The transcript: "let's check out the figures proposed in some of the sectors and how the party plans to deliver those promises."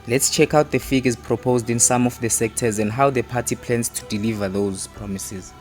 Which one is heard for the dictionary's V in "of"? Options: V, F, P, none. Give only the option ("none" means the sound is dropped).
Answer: F